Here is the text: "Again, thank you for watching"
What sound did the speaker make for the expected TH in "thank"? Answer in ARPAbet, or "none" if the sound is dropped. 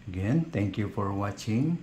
T